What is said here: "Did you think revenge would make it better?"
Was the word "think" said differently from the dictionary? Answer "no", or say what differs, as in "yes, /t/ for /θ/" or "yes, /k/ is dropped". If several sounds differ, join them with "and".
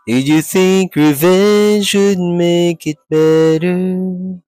no